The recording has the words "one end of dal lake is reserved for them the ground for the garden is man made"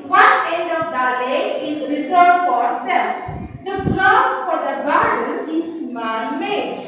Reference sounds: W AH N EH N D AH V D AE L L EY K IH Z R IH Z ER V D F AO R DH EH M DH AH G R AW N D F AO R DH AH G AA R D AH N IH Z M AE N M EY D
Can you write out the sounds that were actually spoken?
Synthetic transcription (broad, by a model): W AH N EH N D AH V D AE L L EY IH Z R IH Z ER D F AO R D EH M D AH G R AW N F AO R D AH G AA R D AH N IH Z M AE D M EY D